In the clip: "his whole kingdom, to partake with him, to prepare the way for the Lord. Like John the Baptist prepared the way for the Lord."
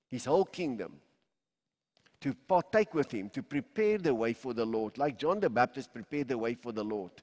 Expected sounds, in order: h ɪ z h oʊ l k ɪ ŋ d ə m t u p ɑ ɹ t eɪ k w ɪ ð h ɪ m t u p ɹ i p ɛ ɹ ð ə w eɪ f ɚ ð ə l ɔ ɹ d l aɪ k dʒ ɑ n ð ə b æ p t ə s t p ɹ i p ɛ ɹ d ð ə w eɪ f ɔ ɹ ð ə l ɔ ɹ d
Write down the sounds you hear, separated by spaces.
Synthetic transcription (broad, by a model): h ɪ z h oʊ l k ɪ ŋ d ə m t u p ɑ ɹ t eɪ k w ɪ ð h ɪ m t u p ɹ i p ɛ ɹ ð ə w eɪ f ɚ ð ə l ɔ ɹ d l aɪ k dʒ ɑ n ð ə b æ p t ə s t p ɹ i p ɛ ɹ d ð ə w eɪ f ɔ ɹ ð ə l ɔ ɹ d